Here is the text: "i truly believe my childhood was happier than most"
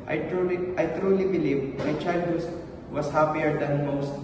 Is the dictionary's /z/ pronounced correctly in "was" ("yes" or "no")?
no